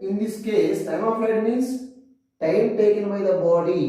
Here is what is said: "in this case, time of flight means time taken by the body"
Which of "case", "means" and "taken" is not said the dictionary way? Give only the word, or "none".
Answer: means